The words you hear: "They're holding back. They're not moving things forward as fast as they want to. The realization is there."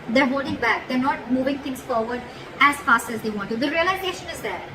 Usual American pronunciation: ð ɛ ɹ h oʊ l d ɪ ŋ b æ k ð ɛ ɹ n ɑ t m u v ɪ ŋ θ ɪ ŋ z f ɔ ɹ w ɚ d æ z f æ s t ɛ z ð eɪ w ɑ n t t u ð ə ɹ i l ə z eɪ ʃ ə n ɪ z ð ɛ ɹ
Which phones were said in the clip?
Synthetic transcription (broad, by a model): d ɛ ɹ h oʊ d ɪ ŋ b æ k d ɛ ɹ n ɑ t m u v ɪ ŋ t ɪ ŋ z f ɔ ɹ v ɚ d æ z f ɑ s t ɛ z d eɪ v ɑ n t t u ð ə ɹ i l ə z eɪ ʃ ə n ɪ z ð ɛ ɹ